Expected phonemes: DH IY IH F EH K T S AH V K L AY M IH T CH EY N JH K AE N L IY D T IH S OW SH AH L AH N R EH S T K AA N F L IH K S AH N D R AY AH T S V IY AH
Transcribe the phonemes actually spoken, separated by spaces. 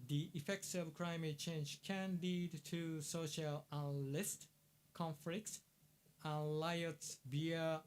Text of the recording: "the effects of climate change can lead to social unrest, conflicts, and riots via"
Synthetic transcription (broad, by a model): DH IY IH F EH K T S AH V K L AY M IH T CH EY N JH K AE N L IY D T IH S OW SH AH L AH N L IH S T K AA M F L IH K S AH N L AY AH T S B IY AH